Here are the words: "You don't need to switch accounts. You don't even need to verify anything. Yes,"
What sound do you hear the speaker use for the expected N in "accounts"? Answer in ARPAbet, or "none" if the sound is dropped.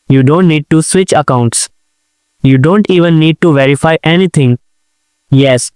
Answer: N